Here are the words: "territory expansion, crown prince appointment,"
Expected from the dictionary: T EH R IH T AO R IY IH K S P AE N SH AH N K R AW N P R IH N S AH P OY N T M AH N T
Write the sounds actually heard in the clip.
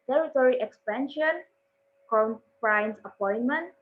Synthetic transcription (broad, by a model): T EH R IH T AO R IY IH K S P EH N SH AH N K AO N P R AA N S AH P OY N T M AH N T